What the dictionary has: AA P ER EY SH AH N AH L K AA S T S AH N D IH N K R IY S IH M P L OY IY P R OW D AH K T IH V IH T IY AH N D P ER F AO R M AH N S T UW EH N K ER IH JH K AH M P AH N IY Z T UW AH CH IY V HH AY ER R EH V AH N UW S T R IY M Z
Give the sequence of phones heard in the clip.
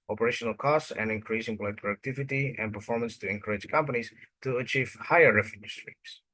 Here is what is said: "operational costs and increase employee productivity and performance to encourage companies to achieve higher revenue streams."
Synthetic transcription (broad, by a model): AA P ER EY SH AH N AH L K AA S T S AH N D IH N K R IY S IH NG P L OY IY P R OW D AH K T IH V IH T IY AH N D P ER F AO R M AH N S T UW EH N K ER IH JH K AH M P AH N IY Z T UW AH CH IY V HH AY ER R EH F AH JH S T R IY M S